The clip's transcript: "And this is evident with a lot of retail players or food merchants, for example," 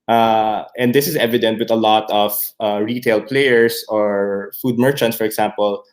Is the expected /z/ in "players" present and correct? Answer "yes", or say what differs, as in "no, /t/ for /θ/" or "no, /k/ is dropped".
no, /s/ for /z/